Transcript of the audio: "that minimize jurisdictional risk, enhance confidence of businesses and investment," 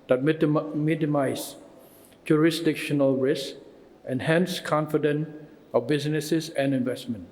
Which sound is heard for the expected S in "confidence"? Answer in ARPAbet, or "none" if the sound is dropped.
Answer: none